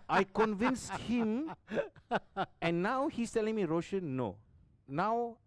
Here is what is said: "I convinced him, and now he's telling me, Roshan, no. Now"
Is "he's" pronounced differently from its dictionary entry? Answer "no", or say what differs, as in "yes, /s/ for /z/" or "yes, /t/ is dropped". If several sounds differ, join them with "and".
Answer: yes, /s/ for /z/